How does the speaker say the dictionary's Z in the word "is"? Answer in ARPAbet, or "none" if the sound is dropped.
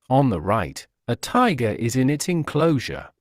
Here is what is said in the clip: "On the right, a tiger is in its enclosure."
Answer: Z